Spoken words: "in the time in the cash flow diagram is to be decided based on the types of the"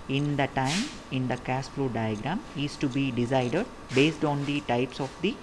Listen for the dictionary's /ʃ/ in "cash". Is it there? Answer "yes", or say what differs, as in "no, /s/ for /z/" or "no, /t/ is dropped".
no, /s/ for /ʃ/